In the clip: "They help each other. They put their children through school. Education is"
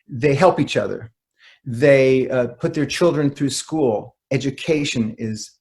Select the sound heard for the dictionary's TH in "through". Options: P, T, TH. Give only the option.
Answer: TH